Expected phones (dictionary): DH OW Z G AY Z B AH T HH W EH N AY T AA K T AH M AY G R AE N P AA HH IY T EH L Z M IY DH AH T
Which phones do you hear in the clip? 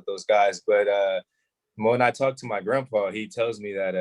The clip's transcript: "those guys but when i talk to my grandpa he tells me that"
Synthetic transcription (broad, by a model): DH OW Z G AY Z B AH T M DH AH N AY T AA K T AH M AY G R AE N P AA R IY T EH L Z M IY DH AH T